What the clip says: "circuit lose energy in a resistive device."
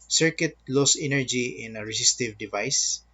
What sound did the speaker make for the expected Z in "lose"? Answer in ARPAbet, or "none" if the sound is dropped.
S